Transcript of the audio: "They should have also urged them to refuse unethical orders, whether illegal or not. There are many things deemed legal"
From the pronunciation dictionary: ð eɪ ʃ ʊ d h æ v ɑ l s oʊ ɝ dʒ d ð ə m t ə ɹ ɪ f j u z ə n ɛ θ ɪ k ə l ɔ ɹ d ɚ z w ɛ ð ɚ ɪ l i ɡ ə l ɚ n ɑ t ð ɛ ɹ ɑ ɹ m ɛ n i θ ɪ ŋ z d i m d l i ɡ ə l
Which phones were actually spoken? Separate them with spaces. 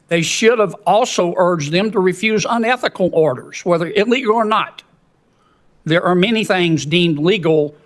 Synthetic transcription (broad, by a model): ð eɪ ʃ ʊ d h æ v ɑ l s oʊ ɝ dʒ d ð ə m t ə ɹ ɪ f j u z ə n ɛ θ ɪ k l ɔ ɹ d ɚ z w ɛ ð ɚ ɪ l i ɡ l ɚ n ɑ t ð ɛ ɹ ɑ ɹ m ɛ n i θ ɪ ŋ z d i m d l i ɡ l